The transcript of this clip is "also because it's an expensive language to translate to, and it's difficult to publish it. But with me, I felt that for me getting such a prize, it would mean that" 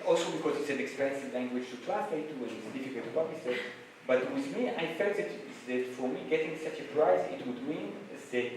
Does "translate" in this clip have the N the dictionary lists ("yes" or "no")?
no